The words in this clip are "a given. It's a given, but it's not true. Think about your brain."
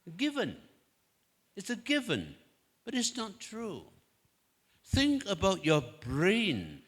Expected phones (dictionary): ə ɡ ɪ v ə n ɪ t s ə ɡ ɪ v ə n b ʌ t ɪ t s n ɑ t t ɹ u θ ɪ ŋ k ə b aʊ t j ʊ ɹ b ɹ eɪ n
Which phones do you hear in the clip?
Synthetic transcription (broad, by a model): ɡ ɪ v ə n ɪ t s ə ɡ ɪ v ə n b ʌ t ɪ t s n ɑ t t ɹ u θ ɪ ŋ k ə b aʊ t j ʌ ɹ b ɹ eɪ n